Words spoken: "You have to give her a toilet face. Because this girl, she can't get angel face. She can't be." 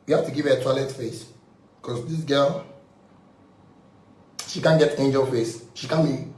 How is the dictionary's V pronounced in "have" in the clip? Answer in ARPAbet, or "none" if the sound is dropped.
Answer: F